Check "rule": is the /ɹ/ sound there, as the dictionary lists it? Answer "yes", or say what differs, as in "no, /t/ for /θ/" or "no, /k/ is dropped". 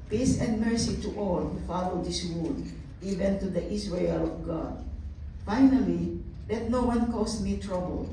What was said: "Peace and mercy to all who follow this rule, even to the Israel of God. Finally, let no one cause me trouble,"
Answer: no, /w/ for /ɹ/